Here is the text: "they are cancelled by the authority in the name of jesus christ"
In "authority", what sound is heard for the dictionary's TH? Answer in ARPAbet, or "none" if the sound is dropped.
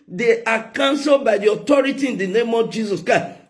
T